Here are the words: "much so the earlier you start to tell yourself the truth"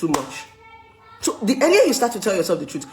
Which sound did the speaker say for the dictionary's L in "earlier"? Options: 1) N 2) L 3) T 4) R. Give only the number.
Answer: 1